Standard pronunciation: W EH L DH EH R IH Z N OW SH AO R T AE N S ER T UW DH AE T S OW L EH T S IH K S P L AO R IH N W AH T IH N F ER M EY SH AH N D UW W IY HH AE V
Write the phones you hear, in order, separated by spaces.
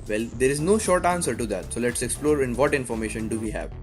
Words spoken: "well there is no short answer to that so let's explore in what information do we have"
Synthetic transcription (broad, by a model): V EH L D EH R IH Z N OW SH AO R T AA N S ER T UW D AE T S OW L EH T S IH K S P L AO R IH N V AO T IH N F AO M EY SH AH N D UW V IY HH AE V